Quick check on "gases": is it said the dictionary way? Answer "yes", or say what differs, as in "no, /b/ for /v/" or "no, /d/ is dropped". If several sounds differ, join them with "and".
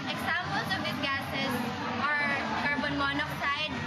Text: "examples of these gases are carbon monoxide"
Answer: no, /s/ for /z/